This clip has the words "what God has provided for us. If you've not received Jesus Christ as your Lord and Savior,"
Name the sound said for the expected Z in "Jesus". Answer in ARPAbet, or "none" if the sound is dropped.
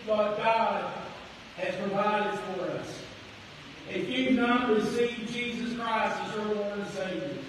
Z